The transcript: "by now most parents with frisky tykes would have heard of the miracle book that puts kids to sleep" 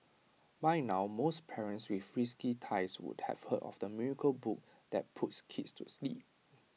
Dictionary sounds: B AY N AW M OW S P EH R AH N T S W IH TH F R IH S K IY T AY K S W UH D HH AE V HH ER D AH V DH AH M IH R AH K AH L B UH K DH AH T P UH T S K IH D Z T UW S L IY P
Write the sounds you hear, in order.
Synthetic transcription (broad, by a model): B AY N AW M OW S P EH R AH N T S W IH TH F R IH S K IY T AY S W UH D HH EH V HH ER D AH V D AH M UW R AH K AH L B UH K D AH T P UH T S K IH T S T UW S L IY P